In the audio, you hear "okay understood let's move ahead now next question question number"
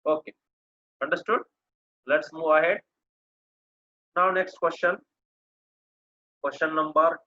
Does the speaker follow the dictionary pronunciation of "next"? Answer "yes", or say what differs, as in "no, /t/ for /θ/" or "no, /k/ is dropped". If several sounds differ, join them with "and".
yes